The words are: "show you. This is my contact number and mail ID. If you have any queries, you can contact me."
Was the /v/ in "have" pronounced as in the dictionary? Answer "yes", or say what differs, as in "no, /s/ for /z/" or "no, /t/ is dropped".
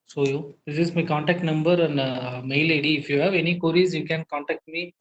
yes